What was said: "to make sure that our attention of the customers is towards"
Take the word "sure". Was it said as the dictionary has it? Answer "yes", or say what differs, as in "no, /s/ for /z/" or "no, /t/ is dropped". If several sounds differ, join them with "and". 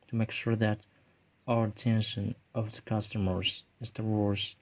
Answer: yes